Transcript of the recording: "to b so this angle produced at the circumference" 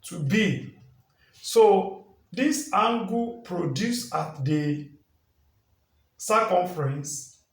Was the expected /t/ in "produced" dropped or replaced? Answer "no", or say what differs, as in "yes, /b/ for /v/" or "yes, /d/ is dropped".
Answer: yes, /t/ is dropped